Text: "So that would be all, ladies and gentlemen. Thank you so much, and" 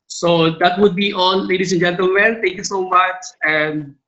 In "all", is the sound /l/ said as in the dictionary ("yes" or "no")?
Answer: no